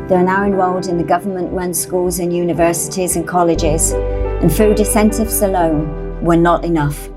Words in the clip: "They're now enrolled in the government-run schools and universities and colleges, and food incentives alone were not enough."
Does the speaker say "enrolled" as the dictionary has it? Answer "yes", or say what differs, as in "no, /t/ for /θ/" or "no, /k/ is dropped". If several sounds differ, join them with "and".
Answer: no, /w/ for /ɹ/